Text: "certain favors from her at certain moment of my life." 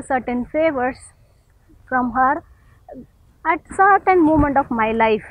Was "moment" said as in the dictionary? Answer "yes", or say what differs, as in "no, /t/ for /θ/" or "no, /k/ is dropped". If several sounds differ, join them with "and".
yes